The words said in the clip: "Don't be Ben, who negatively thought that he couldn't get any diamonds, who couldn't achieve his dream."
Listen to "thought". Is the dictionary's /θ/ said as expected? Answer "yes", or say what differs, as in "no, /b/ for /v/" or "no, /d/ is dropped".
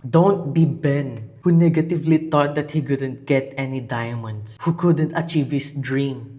no, /t/ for /θ/